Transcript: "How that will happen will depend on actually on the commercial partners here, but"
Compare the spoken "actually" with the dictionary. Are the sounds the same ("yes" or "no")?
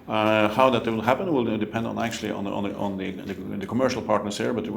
no